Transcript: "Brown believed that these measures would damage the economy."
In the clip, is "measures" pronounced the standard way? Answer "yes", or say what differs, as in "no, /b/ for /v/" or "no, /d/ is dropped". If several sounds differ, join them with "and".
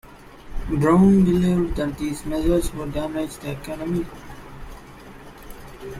no, /z/ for /ʒ/